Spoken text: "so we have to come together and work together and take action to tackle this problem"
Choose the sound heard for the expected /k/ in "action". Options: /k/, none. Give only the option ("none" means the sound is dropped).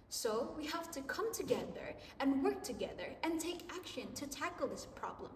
/k/